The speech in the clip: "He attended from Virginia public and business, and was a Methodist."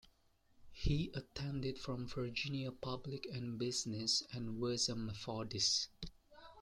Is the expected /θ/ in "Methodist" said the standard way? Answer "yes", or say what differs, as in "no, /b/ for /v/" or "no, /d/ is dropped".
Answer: no, /f/ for /θ/